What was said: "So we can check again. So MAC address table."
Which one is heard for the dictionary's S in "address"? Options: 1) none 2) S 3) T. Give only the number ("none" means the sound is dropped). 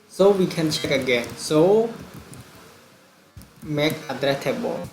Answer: 1